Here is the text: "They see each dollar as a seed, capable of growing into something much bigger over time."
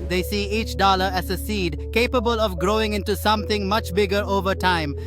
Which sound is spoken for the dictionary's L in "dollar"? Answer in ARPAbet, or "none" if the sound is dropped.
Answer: L